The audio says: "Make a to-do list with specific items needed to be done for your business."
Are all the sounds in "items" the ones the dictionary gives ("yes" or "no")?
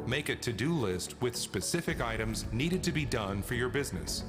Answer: yes